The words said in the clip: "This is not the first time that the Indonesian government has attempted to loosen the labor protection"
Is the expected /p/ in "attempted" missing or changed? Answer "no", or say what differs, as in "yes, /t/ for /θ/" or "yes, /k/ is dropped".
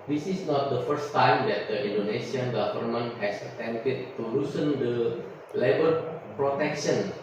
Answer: yes, /p/ is dropped